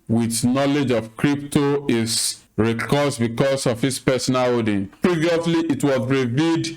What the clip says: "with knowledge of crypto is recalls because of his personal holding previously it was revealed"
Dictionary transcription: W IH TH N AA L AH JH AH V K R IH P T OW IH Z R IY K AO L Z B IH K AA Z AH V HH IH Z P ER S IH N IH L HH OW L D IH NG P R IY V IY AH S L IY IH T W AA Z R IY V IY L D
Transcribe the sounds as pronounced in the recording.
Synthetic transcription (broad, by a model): W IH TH N AA L AH JH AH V K R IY P T OW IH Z R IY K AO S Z B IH K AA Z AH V HH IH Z P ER S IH N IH L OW D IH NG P R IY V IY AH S L IY IH T W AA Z R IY V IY D